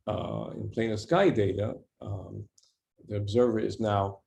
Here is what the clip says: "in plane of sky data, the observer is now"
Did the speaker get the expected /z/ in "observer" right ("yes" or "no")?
yes